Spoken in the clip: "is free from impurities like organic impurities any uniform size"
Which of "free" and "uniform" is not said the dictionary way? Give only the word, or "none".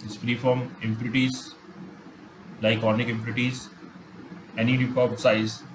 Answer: uniform